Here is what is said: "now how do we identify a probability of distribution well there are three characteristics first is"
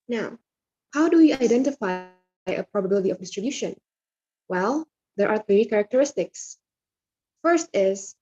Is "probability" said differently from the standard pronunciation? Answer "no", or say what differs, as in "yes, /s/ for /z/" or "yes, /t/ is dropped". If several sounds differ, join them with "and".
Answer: no